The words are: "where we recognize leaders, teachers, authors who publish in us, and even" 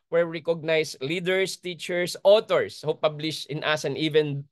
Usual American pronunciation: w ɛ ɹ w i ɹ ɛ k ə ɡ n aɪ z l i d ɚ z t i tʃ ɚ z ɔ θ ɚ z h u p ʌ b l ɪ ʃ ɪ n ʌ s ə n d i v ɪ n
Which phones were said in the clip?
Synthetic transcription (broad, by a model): w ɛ ɹ ɹ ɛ k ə ɡ n aɪ s l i d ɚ s t i tʃ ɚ s ɔ t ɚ s h u p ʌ b l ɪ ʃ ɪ n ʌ s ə n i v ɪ n